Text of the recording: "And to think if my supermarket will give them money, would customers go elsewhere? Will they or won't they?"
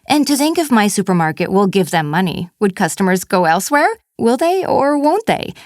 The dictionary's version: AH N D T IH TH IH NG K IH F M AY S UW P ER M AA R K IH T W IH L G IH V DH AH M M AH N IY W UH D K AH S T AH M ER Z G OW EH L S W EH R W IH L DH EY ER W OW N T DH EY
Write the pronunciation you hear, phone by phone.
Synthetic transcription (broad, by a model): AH N T IH TH IH NG K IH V M AY S UW P ER M AA R K IH T W IH L G IH V DH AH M M AH N IY W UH D K AH S T AH M ER Z G OW EH L S W EH R W IH L DH EY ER W OW N T DH EY